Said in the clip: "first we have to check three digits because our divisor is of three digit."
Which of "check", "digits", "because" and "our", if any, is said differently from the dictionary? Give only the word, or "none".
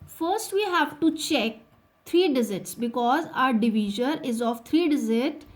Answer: digits